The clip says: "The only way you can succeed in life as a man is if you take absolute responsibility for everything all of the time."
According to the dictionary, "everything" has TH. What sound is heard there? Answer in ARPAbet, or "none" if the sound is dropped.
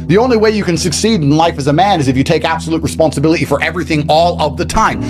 TH